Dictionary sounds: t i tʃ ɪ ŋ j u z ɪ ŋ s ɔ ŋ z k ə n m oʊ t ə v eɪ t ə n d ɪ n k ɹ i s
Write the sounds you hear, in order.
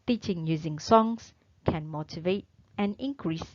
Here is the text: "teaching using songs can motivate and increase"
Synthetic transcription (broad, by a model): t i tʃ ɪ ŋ j u z ɪ ŋ s ɔ ŋ s k ə n m oʊ t ə v eɪ t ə n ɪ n k ɹ i s